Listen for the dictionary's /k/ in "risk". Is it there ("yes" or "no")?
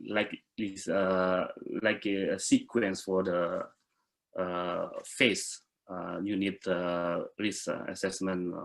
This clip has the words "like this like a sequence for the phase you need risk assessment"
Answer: no